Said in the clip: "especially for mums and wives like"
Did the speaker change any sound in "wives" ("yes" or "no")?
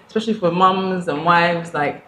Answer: no